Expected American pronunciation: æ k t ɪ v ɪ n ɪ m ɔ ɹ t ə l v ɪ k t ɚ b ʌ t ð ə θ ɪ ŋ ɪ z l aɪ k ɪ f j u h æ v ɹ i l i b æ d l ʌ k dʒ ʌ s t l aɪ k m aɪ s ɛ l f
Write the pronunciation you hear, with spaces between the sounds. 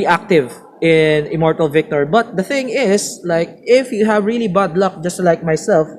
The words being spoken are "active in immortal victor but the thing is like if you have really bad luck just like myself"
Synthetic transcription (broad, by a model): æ k t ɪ v ɪ n ɪ m ɔ ɹ t ə l v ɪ k t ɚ b ʌ t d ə θ ɪ ŋ ɪ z l aɪ k ɪ f j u h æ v ɹ i l i b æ d l ʌ k dʒ ʌ s t l aɪ k m aɪ s ɛ l f